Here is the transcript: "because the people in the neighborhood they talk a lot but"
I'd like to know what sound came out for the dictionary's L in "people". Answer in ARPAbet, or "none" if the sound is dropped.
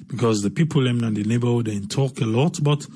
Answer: N